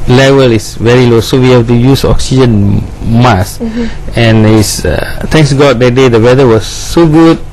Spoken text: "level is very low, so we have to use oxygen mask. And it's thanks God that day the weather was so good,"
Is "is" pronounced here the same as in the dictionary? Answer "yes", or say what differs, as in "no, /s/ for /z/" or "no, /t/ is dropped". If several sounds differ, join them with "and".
no, /s/ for /z/